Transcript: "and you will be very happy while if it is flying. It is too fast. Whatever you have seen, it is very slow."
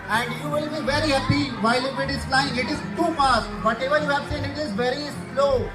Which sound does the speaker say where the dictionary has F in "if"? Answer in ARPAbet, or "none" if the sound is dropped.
P